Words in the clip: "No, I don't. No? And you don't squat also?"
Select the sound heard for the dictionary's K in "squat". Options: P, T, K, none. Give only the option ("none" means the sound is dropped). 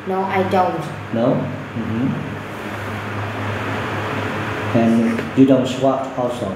none